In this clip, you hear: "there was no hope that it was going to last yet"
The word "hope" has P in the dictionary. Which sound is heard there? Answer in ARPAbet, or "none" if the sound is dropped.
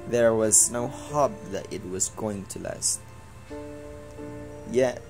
B